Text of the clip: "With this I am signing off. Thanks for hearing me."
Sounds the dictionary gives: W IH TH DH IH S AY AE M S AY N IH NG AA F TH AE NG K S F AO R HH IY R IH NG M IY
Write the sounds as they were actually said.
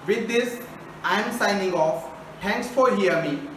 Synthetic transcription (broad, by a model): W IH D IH S AY M S AY N IH NG AA F T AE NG K S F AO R HH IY IH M IY